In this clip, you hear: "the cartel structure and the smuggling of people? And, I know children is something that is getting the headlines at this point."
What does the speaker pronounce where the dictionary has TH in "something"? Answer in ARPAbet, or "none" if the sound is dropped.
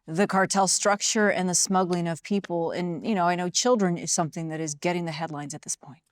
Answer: TH